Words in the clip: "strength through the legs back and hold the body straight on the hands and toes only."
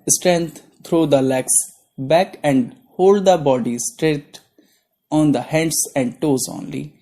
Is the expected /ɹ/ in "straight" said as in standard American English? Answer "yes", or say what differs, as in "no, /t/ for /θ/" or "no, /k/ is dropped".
yes